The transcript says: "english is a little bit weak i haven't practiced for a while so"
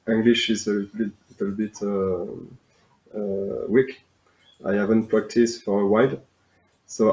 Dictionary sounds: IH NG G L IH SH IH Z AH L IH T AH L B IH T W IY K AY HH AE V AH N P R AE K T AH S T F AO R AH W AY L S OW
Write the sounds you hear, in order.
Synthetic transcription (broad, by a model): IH NG G L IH SH IH Z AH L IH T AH L B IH T W IY K AY HH AE V AH N P R AE K T AH S T F AO R AH W AY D S OW